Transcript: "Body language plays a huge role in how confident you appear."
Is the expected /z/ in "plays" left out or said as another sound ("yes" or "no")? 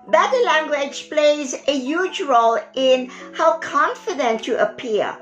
no